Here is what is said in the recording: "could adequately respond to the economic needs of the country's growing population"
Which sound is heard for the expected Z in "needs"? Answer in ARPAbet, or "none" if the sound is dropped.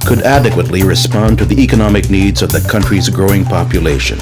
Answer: Z